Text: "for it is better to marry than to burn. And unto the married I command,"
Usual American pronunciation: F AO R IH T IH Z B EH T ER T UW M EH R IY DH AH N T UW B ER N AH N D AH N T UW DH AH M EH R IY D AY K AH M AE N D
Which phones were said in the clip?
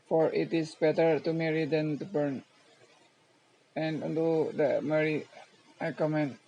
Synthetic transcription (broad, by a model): F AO R IH T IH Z B EH T ER T UW M EH R IY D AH N T UW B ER N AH N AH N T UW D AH M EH R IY AY K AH M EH N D